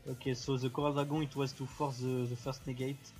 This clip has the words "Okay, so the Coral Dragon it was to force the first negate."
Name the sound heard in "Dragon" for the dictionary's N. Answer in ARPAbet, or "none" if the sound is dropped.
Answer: none